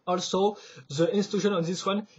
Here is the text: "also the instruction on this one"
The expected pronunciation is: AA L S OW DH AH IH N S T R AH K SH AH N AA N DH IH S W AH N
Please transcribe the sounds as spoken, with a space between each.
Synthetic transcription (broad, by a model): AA L S OW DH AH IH N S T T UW SH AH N AA N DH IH S W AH N